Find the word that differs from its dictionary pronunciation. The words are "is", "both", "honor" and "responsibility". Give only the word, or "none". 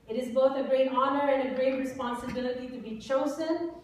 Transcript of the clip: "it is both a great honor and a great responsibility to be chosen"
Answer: none